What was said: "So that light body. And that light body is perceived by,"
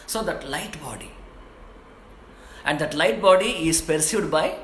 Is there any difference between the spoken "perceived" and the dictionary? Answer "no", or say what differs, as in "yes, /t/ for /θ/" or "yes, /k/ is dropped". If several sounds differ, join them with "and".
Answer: yes, /v/ is dropped